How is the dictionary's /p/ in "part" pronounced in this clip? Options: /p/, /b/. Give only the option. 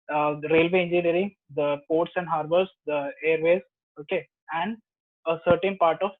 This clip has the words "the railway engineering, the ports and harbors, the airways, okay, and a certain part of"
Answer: /p/